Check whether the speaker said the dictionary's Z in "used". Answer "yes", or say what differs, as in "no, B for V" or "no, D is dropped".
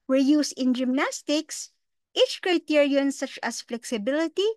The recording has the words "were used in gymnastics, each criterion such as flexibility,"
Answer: no, S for Z